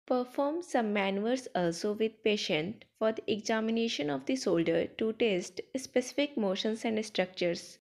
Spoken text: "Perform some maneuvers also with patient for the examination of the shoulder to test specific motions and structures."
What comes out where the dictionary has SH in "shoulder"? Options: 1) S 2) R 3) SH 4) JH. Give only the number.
1